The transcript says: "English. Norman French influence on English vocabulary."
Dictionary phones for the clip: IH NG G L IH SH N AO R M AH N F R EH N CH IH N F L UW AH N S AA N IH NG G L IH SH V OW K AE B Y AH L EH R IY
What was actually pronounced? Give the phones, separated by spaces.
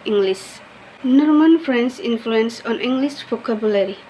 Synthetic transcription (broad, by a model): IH NG G L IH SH N AO R M AH N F R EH N S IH N F L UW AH N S AA N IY NG G L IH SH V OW K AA B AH L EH R IY